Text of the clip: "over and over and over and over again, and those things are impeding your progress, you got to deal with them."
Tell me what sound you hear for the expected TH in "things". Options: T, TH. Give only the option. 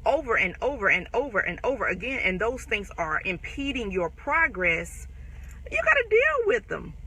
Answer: TH